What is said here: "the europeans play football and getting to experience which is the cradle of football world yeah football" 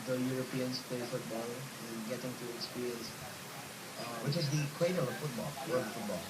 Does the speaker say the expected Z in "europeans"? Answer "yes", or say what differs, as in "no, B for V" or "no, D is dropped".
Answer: no, S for Z